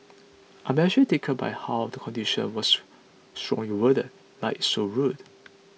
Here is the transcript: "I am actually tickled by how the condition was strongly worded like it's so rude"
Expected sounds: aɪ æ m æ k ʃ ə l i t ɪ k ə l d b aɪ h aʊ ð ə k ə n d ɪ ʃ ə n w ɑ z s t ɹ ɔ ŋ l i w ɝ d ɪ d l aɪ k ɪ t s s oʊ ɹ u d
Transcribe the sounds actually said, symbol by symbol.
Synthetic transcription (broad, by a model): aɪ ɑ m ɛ ʃ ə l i t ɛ k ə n b aɪ h aʊ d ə k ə n d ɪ ʃ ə n w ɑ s s t ɹ ɔ ŋ l i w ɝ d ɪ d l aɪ ɪ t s s oʊ ɹ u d